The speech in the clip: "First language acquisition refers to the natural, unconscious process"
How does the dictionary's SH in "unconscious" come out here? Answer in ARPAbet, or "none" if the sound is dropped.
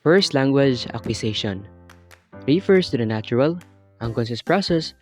S